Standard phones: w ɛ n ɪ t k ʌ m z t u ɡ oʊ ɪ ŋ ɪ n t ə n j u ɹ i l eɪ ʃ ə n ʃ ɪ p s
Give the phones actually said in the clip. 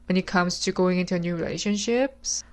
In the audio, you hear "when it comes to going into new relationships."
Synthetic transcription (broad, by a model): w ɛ n ɪ t k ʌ m s t u ɡ oʊ ɪ ŋ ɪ n t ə n j u ɹ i l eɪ ʃ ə n ʃ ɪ p s